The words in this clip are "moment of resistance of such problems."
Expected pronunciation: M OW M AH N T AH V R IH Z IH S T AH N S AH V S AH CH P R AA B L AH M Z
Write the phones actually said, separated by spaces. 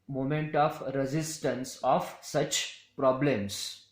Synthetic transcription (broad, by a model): M OW M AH N T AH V R IH Z IH S T AH N S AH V S AH CH P R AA B L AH M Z